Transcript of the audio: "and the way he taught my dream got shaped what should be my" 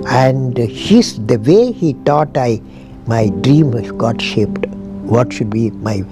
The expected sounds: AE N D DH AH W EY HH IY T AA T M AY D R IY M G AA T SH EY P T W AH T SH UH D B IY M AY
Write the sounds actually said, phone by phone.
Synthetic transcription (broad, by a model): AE N D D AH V EY HH IY T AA T M AY D R IY M G AA T SH EY P T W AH T SH UH D B IY M AY